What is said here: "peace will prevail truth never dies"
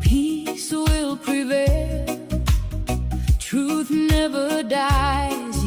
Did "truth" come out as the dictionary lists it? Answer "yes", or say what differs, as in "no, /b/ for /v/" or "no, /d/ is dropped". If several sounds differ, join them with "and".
yes